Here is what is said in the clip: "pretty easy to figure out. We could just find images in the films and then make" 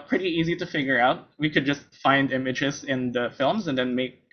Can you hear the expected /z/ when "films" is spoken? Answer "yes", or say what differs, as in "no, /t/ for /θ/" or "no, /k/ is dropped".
yes